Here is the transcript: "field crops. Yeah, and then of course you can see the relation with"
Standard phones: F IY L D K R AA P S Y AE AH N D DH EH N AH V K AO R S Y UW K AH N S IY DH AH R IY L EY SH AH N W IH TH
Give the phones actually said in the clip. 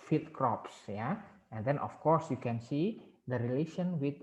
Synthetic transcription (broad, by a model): F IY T K R AA P S Y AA AH N D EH N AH F K AO R S Y UW K AH N S IY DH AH R IY L EY SH AH N W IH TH